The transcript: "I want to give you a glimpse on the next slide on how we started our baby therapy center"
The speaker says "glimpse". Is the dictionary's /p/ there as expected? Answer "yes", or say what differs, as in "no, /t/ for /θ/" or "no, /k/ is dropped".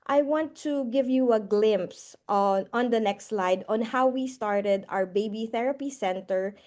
yes